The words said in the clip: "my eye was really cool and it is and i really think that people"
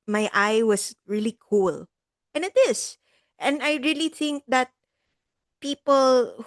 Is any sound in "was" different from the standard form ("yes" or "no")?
yes